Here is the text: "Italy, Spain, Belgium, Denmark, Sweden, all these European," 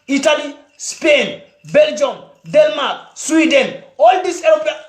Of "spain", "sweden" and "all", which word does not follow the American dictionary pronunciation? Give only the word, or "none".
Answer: none